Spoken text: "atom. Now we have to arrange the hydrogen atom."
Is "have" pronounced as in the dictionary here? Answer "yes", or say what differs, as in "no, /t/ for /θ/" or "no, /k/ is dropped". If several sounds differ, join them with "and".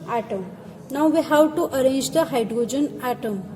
no, /w/ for /v/